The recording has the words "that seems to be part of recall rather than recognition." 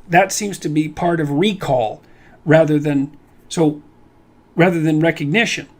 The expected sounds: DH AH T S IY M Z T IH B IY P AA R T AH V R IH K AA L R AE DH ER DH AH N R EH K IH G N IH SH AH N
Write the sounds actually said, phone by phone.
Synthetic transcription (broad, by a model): DH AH T S IY M Z T IH B IY P AA R T AH V R IH K AA L R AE DH ER DH AH N R EH K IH G N IH SH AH N